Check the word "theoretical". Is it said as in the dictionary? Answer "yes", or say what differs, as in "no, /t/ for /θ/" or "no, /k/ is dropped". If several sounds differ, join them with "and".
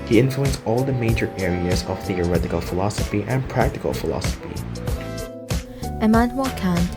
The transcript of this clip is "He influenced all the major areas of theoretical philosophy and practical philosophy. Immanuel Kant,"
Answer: yes